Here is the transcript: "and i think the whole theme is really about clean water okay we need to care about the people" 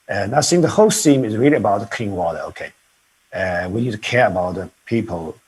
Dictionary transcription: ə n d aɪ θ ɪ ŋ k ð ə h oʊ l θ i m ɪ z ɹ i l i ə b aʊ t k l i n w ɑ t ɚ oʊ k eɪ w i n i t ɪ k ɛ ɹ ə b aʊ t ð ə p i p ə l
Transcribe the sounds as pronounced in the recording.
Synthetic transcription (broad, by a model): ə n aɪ s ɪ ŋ ð ə h oʊ l s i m ɪ z ɹ i l i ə b aʊ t k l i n w ɑ t ɚ oʊ k eɪ w i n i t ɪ k ɛ ɹ ə b aʊ t ð ə p i p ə l